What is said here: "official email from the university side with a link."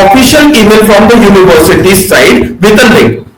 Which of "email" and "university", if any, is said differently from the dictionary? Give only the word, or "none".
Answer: email